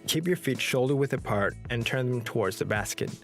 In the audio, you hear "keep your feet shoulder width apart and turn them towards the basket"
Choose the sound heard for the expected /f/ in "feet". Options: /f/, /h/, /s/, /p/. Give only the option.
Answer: /f/